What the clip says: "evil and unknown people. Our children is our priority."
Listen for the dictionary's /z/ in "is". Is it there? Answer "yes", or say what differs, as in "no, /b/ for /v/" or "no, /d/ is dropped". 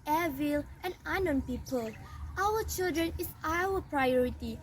no, /s/ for /z/